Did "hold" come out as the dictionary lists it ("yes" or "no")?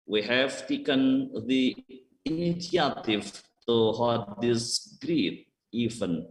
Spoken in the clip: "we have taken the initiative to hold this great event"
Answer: no